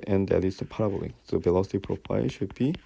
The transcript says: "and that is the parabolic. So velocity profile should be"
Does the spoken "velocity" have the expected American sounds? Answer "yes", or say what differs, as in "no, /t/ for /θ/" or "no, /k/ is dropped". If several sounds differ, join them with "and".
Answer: no, /b/ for /v/